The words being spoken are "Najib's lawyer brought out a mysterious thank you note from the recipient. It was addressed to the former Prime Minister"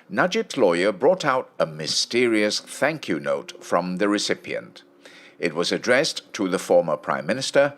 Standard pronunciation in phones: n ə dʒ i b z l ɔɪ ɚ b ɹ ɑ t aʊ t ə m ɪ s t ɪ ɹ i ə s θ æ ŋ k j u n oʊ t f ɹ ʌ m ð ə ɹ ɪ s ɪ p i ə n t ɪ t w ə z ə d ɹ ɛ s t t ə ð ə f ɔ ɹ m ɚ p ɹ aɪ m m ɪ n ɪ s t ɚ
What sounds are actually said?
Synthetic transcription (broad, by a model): n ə dʒ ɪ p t l ɔɪ ɚ b ɹ ɑ t aʊ t ə m ɪ s t ɪ ɹ i ə s θ æ ŋ k j u n oʊ t f ɹ ʌ m ð ə ɹ ɪ s ɪ p i ə n t ɪ t w ə z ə d ɹ ɛ s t t ə ð ə f ɔ ɹ m ɚ p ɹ aɪ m m ɪ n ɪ s t ɚ